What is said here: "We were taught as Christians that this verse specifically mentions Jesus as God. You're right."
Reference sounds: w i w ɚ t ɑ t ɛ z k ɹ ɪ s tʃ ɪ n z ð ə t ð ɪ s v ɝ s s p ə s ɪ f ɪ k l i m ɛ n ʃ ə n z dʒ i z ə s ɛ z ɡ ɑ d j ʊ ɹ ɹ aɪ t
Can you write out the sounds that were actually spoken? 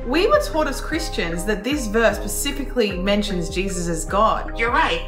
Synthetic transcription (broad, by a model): w i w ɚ t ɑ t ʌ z k ɹ ɪ s tʃ ɪ n z ð ə t ð ɪ s v ɝ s s p ə s ɪ f ɪ k l i m ɛ n ʃ ə n z dʒ i z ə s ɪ z ɡ ɑ d j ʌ ɹ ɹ aɪ t